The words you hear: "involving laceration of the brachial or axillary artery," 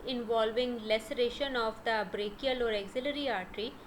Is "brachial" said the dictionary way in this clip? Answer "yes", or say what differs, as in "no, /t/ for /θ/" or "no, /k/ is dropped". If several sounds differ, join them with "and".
yes